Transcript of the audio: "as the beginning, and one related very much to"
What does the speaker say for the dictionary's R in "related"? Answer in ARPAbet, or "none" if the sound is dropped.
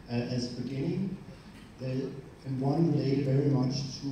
W